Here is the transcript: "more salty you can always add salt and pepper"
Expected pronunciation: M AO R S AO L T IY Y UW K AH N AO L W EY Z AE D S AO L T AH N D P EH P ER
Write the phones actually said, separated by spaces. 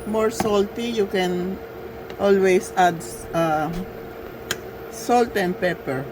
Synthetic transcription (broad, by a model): M AO R S AO L T IY Y UW K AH N AO L W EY S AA D S AO L T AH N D P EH P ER